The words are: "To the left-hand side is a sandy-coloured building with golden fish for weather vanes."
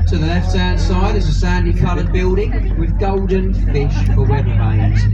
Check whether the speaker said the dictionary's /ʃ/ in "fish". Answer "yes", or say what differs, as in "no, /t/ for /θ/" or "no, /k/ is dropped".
yes